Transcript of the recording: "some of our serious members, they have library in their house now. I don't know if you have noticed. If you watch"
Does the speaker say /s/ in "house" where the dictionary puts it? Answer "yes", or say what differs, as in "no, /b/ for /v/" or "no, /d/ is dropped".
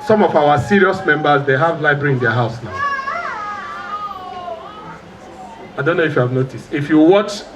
yes